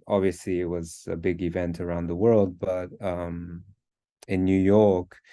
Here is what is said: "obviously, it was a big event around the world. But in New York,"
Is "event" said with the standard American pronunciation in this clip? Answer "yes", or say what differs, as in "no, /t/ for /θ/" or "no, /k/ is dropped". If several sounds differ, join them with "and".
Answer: yes